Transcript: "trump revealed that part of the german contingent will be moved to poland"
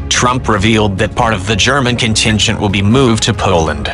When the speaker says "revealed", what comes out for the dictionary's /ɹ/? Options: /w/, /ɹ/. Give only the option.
/ɹ/